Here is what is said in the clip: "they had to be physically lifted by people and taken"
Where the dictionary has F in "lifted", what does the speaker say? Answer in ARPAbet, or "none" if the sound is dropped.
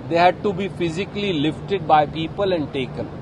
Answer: F